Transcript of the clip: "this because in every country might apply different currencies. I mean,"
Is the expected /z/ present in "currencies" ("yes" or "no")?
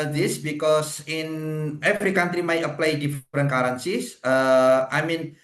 no